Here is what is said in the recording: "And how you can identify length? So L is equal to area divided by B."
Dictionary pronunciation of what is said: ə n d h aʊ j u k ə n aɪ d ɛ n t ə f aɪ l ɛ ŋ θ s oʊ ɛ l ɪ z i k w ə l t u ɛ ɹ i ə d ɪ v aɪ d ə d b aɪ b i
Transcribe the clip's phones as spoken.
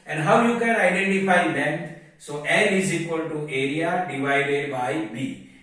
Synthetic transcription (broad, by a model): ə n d h aʊ j u k ə n aɪ d ɛ n t ə f aɪ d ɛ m s oʊ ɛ n ɪ z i k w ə l t u ɛ ɹ i ə d ɪ v aɪ d ə d b aɪ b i